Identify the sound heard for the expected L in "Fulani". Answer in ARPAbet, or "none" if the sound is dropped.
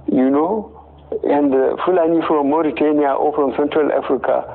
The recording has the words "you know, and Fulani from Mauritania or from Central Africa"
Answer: L